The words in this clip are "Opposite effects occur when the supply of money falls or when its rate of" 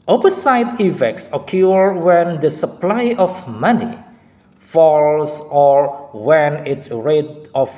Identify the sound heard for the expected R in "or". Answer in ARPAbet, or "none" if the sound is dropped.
R